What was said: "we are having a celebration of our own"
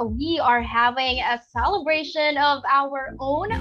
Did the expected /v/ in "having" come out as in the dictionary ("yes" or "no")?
yes